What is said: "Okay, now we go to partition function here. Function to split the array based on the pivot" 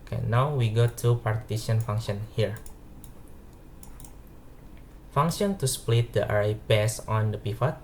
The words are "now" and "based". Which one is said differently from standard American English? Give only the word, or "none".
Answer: based